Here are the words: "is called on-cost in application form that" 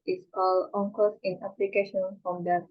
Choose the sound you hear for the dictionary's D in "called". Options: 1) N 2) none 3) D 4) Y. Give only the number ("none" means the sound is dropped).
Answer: 2